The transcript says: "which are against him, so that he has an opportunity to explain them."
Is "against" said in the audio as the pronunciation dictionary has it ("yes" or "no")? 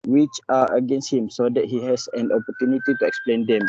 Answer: yes